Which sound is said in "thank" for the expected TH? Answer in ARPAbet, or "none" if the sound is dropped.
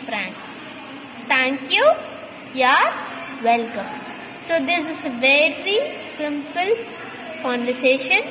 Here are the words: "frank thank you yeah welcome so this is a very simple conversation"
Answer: T